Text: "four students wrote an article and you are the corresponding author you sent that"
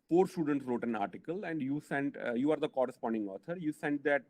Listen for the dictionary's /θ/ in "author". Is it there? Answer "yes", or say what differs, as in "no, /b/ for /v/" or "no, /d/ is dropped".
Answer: no, /t/ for /θ/